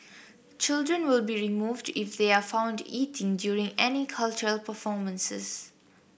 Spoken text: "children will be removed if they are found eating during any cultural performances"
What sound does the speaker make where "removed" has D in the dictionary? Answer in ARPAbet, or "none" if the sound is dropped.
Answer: D